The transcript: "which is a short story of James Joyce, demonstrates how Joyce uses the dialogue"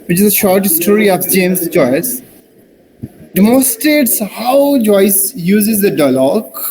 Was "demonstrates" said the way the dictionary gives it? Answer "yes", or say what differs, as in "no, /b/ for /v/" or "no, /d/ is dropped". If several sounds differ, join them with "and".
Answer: no, /n/ is dropped